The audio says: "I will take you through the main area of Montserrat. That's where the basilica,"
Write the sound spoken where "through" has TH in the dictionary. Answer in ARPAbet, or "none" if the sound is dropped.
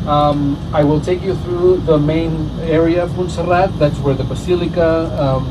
TH